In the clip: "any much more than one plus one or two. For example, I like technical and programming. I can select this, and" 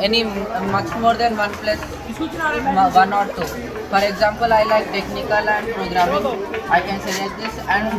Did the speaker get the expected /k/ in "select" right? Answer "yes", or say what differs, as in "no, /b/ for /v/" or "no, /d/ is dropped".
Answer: no, /k/ is dropped